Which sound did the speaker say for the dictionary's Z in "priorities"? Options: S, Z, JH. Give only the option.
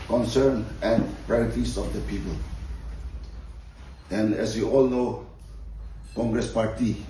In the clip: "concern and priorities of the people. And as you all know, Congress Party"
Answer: S